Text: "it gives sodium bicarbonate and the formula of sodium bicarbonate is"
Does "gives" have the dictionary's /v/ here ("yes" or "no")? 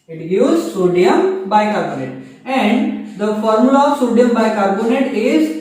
no